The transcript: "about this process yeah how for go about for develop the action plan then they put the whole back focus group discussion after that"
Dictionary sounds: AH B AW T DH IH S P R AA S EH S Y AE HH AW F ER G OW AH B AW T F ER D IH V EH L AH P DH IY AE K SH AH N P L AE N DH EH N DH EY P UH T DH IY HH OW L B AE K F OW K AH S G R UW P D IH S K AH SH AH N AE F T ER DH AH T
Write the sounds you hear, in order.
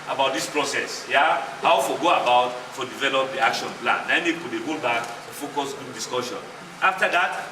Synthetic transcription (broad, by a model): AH B AW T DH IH S P R AA S EH S Y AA HH AW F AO G OW AH B AW T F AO D IH V EH L AH P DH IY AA K SH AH N P L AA N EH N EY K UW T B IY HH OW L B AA K F OW K AH S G UW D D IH S K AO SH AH N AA F T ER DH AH T